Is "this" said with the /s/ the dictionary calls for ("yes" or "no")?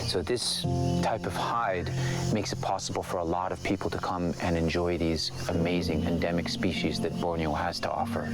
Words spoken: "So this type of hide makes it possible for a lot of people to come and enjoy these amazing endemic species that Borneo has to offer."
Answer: yes